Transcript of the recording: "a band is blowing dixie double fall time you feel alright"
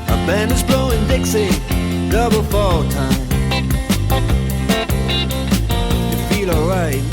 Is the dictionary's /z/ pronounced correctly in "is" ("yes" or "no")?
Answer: yes